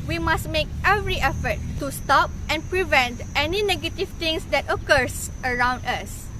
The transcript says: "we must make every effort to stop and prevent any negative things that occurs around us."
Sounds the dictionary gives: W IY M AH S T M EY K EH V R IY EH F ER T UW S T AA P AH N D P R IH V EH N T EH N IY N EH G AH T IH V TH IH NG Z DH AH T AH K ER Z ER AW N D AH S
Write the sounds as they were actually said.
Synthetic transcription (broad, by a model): W IY M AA S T M EY K EH V R IY EH F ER T UW S T AA P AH N P R IH V EH N T EH N IY N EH G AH T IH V T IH NG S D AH T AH K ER S ER AW N D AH S